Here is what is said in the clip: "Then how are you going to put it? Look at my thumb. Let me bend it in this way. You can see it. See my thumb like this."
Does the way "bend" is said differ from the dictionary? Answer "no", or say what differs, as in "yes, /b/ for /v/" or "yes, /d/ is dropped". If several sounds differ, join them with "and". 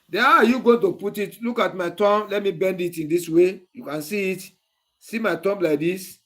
no